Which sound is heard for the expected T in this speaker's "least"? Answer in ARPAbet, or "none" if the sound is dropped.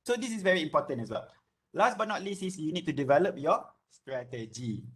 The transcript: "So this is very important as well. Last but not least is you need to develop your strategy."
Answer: none